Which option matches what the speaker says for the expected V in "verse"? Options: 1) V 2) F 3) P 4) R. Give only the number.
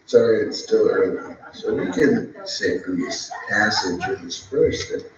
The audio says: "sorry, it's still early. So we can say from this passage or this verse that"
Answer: 2